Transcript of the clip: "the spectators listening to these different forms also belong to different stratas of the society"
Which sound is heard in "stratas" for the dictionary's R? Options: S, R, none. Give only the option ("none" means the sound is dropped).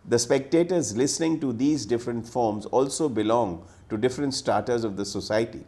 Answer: none